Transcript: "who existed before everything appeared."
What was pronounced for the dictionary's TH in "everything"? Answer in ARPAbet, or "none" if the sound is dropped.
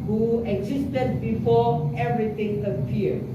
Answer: T